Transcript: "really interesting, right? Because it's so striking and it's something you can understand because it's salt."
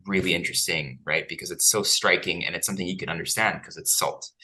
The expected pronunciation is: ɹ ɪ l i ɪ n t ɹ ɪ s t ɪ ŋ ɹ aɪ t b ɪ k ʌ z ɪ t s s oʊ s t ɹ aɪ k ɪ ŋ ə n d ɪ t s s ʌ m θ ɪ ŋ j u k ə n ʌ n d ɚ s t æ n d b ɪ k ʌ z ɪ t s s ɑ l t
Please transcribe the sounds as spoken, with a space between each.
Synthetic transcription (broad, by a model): ɹ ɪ l i ɪ n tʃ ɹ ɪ s t ɪ ŋ ɹ aɪ t b ɪ k ʌ z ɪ t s s oʊ s t ɹ aɪ k ɪ ŋ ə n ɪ t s s ʌ m θ ɪ ŋ j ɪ k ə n ʌ n d ɚ s t æ n d k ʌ z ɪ t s s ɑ l t